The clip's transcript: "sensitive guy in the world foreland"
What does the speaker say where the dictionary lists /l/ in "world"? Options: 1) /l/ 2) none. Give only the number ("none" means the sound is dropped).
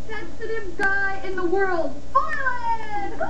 1